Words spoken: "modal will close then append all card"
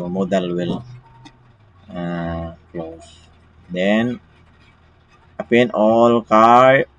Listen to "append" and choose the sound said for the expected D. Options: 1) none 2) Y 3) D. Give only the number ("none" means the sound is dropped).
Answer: 1